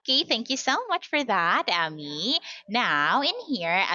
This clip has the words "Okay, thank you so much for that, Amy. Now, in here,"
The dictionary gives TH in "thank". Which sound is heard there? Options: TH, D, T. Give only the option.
TH